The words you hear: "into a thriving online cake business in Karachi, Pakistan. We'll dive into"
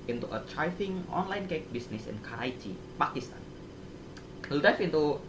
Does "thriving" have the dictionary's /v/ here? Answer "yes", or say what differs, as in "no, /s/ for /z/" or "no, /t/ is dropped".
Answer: no, /f/ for /v/